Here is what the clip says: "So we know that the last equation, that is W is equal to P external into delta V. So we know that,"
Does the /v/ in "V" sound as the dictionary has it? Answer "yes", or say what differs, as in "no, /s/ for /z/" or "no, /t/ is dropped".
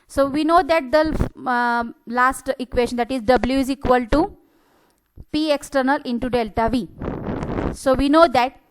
yes